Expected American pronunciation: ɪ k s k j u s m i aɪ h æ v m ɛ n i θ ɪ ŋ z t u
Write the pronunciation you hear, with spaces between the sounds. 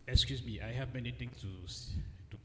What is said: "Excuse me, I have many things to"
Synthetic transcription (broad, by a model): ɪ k s k j u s m i aɪ h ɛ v m ɛ n i t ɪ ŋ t t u